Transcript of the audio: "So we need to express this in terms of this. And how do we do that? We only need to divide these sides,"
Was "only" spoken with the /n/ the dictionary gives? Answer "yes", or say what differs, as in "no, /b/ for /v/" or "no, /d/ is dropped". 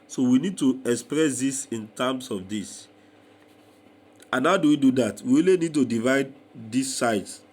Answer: no, /n/ is dropped